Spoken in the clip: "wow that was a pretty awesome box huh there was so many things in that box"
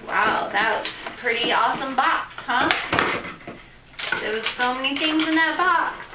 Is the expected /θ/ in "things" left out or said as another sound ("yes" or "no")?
no